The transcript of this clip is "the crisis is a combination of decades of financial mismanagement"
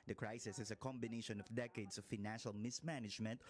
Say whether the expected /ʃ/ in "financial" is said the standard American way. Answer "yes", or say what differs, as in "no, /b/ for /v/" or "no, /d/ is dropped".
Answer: yes